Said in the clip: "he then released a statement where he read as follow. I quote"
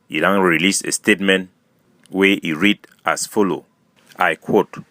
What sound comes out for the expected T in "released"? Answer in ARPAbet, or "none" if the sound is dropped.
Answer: none